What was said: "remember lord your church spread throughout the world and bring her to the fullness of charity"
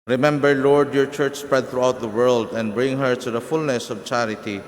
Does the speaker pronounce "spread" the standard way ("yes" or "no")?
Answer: yes